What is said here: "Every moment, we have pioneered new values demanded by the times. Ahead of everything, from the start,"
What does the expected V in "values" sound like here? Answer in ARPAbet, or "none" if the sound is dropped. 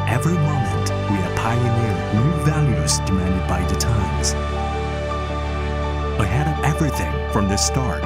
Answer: V